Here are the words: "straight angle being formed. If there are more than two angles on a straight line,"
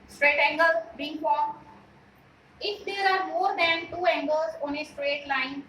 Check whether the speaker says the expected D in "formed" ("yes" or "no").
no